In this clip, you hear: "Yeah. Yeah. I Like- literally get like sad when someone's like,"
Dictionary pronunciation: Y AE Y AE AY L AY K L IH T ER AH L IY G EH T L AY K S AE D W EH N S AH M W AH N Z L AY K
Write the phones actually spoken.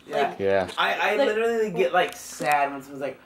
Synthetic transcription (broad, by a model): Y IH Y AE AY AY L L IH T ER L IY G EH T L AY K S AE D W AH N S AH W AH Z L AY K